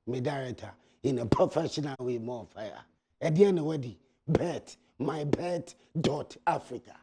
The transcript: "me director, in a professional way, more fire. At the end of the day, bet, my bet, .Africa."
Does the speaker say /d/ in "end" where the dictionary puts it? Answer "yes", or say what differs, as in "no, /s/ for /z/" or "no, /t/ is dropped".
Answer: no, /d/ is dropped